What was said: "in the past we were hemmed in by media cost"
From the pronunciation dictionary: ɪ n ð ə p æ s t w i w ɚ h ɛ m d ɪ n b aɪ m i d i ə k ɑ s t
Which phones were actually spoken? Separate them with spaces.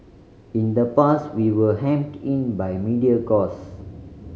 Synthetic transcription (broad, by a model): ɪ n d ə p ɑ s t w i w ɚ h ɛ m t ɪ n b aɪ m i d i ə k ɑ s